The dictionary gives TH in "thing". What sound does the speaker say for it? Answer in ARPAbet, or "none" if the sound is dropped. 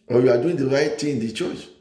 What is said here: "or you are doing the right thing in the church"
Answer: T